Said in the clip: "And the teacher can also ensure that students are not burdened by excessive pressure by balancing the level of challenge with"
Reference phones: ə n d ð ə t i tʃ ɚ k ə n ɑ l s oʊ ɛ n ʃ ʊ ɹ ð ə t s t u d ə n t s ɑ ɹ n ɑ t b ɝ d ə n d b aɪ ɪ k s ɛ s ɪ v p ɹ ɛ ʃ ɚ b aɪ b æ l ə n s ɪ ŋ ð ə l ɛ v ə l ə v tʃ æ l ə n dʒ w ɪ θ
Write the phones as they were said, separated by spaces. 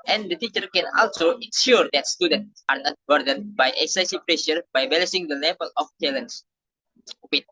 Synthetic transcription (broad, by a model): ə n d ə t i tʃ ɚ k ə n ɑ l s oʊ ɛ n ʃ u ɹ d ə t s t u d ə n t s ɑ ɹ n ɑ t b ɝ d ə n b aɪ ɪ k s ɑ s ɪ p ɹ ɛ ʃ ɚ b aɪ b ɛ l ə s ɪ ŋ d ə l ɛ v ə l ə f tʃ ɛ l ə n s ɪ